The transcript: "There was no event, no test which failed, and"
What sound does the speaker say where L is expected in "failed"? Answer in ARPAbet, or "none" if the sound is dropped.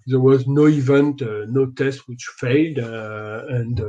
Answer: L